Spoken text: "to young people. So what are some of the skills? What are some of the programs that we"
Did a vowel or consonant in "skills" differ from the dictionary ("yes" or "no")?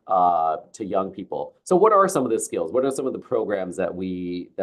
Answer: no